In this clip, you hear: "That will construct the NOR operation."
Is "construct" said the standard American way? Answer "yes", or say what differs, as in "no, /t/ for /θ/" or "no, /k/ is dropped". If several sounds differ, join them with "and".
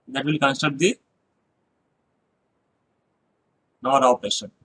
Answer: no, /ɹ/ is dropped and /k/ is dropped